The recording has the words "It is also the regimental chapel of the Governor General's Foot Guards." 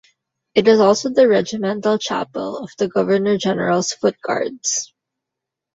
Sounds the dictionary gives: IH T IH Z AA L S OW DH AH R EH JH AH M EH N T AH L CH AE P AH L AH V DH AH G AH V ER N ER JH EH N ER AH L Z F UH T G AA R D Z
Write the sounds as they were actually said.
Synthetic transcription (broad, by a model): IH T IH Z AA L S OW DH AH R EH JH AH M EH N T AH L CH AE P AH L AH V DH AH G AH V ER N ER JH EH N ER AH L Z F UH T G AA R D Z